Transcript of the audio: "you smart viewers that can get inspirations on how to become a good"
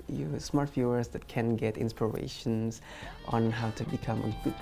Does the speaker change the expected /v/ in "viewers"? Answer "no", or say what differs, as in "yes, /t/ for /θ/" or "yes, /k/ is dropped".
yes, /f/ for /v/